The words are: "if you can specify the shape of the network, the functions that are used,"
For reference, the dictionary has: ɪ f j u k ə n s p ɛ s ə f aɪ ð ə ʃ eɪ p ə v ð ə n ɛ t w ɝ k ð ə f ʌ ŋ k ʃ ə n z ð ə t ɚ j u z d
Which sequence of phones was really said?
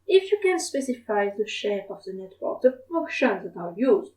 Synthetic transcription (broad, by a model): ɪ f j u k ə n s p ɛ s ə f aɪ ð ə ʃ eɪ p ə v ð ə n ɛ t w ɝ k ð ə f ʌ k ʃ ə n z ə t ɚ j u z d